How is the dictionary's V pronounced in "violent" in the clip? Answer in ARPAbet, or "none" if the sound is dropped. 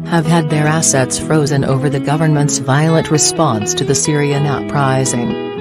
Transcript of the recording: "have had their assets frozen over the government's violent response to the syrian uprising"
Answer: V